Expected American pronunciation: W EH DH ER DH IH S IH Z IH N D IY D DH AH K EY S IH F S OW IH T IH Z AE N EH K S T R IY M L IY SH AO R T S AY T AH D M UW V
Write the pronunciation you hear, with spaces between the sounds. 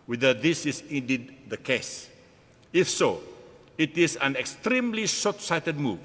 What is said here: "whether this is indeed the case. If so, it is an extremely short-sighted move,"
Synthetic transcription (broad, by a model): W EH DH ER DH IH S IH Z IH N D IY D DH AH K EY S IH F S OW IH T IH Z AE N EH K S T R IY M L IY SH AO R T S AY T AH D M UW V